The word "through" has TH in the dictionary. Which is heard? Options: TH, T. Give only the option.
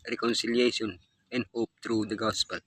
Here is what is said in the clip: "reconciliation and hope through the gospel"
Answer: T